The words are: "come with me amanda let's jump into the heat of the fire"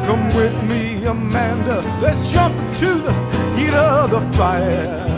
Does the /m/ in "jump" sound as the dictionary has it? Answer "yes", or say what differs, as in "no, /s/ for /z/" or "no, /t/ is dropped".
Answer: yes